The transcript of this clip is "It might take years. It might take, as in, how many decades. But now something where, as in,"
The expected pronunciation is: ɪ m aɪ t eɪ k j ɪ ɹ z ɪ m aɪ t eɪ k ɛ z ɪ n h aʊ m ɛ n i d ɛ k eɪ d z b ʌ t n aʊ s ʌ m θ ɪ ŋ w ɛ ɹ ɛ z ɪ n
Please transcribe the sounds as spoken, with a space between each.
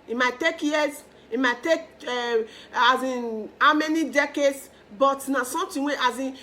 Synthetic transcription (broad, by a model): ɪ m aɪ t eɪ k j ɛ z ɪ m aɪ t eɪ k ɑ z ɪ n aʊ m ɛ n i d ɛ k eɪ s b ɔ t n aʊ s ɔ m t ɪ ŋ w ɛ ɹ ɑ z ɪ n